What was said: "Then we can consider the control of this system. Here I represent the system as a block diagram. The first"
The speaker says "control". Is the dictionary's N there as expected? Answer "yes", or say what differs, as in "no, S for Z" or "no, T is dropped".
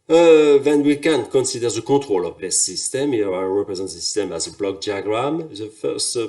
no, N is dropped